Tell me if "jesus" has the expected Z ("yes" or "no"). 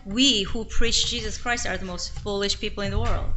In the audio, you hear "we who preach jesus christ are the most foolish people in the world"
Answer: yes